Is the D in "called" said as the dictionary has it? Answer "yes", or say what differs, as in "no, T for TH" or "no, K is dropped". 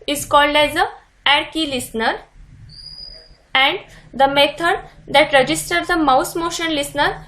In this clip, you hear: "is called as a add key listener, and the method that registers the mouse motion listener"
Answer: yes